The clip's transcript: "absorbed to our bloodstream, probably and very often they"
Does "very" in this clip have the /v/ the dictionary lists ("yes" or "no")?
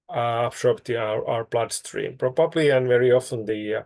yes